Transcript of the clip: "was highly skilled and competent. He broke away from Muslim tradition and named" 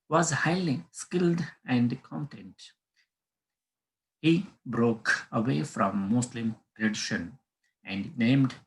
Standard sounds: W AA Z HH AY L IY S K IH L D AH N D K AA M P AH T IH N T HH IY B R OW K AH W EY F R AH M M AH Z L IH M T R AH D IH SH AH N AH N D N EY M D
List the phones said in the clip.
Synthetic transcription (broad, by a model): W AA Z HH AY L IY S K IH L D AH N D K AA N T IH N T HH IY B R OW K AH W EY F R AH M M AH S L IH M T R AH D IH SH AH N AH N D N EY M D